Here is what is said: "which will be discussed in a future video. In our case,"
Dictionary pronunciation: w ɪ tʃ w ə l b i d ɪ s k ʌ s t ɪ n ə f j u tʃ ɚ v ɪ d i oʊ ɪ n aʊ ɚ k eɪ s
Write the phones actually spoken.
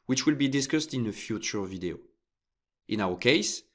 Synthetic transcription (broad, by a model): w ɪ tʃ w ə l b i d ɪ s k ʌ s t ɪ n ə f j u tʃ ɚ v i d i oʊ ɪ n aʊ ɚ k eɪ s